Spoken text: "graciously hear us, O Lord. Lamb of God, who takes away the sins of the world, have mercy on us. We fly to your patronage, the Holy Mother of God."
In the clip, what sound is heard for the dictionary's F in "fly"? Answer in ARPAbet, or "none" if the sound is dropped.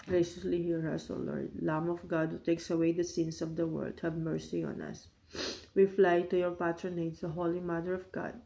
F